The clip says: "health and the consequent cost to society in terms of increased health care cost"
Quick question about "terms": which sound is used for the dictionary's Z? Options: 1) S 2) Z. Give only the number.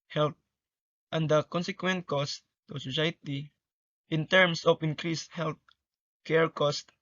1